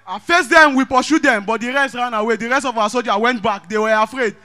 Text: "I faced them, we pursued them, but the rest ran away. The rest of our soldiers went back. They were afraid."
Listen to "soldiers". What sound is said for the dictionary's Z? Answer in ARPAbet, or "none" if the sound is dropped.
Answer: none